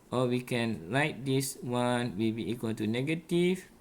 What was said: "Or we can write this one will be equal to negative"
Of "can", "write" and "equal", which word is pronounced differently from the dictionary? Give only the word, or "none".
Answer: write